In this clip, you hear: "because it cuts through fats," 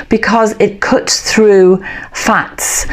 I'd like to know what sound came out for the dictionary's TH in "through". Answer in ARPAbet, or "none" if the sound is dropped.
TH